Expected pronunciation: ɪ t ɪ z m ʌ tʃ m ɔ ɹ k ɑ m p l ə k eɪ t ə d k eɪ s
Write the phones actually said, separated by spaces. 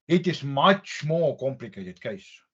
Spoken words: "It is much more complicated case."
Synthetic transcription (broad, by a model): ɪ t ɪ s m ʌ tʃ m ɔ k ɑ m p l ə k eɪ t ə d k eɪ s